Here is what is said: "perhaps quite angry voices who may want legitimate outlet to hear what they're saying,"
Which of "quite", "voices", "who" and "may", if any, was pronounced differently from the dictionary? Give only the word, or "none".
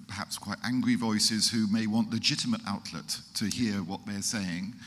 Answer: none